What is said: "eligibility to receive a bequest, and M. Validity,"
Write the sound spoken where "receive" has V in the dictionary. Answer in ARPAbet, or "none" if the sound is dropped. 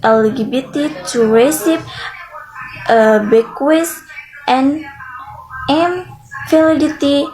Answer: P